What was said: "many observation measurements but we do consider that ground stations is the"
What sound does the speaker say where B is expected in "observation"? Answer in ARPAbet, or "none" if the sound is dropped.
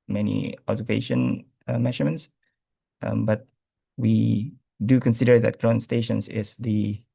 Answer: none